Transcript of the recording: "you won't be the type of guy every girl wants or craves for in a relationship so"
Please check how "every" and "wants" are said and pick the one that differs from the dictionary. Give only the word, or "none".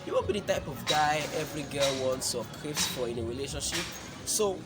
none